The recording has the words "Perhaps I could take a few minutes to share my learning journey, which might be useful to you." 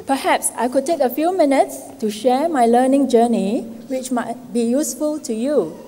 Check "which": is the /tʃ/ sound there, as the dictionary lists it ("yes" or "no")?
yes